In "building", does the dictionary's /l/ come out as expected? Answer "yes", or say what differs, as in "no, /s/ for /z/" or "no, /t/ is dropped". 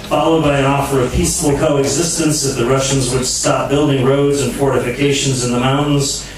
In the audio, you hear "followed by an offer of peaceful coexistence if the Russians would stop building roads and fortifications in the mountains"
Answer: yes